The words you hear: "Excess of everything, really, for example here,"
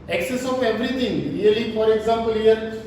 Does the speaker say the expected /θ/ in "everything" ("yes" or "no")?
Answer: no